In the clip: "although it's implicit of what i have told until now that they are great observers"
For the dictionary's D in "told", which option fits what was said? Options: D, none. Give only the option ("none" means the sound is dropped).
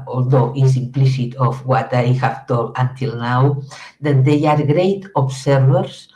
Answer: none